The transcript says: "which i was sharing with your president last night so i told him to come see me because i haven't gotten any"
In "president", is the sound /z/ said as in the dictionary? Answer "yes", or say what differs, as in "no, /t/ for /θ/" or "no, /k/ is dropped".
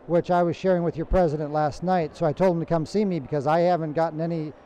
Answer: yes